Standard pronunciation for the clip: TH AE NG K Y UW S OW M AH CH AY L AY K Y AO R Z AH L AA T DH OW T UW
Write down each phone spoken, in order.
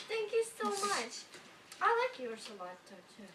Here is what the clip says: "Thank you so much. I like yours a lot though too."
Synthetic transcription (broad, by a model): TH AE NG K Y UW S OW M AH CH AY L AY K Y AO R S AH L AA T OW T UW